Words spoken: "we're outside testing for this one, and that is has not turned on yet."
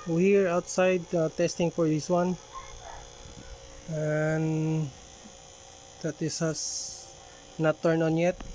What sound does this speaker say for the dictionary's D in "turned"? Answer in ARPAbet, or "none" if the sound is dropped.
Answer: none